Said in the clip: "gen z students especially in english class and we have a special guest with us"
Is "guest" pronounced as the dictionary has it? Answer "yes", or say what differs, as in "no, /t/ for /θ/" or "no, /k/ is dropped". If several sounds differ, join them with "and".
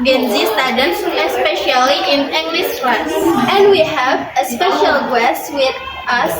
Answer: yes